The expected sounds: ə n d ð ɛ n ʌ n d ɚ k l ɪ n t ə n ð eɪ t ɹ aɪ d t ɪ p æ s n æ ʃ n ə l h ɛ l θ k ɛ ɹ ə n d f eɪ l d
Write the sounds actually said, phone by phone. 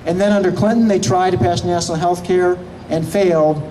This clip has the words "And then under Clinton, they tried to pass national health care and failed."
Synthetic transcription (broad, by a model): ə n ð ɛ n ʌ n d ɚ k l ɪ n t n ð eɪ t ɹ aɪ d t ɪ p æ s n æ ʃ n l h ɛ l θ k ɛ ɹ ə n f eɪ l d